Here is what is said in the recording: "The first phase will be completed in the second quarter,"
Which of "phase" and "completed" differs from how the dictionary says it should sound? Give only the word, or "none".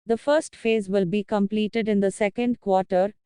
none